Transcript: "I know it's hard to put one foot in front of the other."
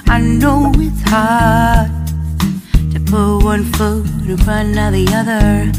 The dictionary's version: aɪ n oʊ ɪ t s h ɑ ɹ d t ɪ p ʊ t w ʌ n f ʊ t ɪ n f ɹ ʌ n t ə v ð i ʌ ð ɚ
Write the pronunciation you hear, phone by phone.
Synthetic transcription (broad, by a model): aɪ n oʊ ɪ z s h ɑ ɹ d t ɪ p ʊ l w ʌ n f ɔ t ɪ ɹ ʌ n ə ð i ʌ ð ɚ